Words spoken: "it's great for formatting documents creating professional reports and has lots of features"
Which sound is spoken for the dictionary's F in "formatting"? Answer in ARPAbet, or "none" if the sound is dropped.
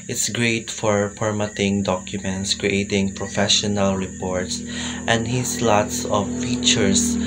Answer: P